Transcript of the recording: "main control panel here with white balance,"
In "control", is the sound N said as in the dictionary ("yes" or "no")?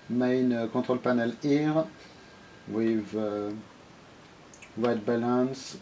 no